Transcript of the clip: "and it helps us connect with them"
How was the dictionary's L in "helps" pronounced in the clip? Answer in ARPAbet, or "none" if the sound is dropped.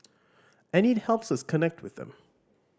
L